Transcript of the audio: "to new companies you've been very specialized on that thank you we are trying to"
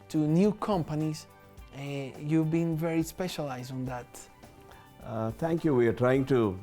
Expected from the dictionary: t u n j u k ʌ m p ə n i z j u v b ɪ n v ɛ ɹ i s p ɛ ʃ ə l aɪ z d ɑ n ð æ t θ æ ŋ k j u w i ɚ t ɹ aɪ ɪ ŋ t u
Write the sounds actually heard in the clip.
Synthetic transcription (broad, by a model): t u n j u k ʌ m p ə n i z j u v b ɪ n v ɛ ɹ i s p ɛ ʃ ə l aɪ z d ɑ n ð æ t t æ ŋ k j u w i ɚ t ɹ aɪ ɪ ŋ t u